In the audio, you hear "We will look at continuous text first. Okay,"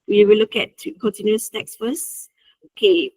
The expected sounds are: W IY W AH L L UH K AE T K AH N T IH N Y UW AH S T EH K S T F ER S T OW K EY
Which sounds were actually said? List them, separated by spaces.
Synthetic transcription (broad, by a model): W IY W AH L L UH K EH T K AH N T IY N Y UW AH S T EH K S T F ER S OW K EY